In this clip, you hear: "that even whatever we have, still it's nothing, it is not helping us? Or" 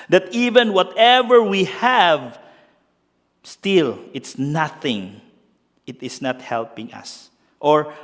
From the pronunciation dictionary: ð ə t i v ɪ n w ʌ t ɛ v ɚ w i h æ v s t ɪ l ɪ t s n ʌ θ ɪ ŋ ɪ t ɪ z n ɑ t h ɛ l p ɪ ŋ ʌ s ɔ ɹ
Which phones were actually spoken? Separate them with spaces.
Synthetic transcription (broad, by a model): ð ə t i v ɪ n w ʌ t ɛ v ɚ w i h æ v s t ɪ l ɪ t s n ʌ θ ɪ ŋ ɪ t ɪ s n ɑ t h ɛ l p ɪ ŋ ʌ s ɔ ɹ